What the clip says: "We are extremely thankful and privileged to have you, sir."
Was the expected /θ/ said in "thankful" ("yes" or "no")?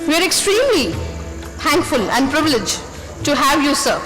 no